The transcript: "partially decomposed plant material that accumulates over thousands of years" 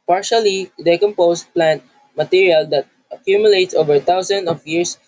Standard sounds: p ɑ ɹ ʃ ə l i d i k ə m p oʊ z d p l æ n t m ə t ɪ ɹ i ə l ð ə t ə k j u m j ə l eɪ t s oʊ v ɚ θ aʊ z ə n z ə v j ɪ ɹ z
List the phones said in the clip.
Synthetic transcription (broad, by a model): p ɑ ɹ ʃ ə l i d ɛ k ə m p oʊ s p l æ n t m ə t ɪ ɹ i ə l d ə t ə k j u m j ə l eɪ t s oʊ v ɚ t aʊ s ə n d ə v j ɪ ɹ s